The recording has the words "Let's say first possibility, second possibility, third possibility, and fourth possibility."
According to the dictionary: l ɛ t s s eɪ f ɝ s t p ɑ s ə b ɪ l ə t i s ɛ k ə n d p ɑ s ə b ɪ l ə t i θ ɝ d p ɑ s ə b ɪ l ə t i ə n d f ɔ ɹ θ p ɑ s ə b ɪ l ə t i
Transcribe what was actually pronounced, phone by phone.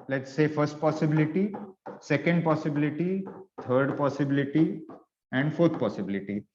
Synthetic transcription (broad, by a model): l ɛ t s s eɪ f ɝ s t p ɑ s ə b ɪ l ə t i s ɛ k ə n d p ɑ s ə b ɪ l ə t i t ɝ d p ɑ s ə b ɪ l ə t i ə n d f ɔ ɹ t p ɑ s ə b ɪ l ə t i